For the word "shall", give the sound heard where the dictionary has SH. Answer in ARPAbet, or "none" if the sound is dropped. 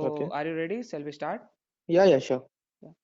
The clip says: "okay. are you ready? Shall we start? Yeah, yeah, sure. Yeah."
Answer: S